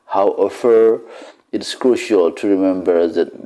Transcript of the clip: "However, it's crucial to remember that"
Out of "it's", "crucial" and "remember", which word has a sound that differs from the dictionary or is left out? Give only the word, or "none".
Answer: none